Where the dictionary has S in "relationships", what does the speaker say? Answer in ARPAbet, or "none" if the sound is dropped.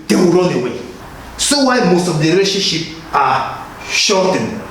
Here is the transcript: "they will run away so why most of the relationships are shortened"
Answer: none